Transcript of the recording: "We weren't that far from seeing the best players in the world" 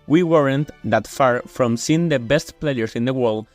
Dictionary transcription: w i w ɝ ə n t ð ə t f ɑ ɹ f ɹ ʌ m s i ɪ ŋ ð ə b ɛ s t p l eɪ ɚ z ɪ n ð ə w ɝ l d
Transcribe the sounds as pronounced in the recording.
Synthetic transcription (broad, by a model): w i w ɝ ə n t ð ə t f ɑ ɹ f ɹ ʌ m s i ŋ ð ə b ɛ s t p l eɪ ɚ s ɪ n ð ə w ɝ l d